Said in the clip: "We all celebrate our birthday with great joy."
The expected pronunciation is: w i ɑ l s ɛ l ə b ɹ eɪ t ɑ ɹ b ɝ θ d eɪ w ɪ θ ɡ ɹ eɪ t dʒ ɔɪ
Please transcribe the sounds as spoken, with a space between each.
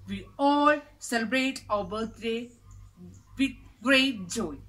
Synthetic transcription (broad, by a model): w i ɑ l s ɛ l ə b ɹ eɪ t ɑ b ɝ t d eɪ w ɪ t ɡ ɹ eɪ t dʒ ɔɪ